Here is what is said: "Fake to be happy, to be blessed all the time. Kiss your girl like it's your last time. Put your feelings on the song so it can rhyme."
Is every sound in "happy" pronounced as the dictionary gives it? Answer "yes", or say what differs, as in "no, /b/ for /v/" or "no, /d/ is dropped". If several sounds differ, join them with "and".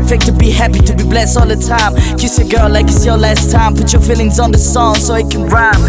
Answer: yes